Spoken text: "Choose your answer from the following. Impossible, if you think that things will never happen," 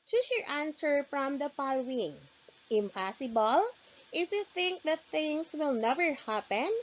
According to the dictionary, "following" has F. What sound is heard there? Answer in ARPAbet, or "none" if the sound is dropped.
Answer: P